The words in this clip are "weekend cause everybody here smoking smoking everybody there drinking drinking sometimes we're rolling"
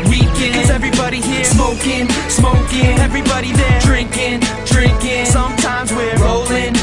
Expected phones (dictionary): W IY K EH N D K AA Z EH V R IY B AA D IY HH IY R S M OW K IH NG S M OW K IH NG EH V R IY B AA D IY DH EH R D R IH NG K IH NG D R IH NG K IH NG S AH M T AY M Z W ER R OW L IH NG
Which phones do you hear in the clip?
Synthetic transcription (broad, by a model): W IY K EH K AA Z EH V R IY B AA D IY HH IY R S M OW K IH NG S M OW K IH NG EH V R IY B AA D IY DH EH R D R IH NG K IH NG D R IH NG K IH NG S AH M T AY M Z W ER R OW L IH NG